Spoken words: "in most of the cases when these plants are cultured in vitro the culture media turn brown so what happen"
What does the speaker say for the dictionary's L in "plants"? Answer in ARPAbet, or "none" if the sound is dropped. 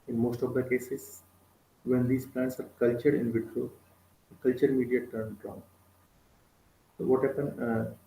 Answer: L